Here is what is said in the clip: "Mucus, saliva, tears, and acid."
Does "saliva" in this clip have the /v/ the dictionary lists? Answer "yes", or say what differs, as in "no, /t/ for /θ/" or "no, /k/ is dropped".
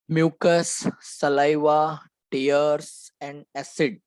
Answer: yes